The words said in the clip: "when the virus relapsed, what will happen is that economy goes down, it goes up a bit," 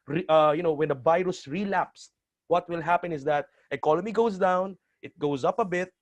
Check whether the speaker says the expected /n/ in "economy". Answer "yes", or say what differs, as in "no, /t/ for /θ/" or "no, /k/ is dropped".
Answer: no, /l/ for /n/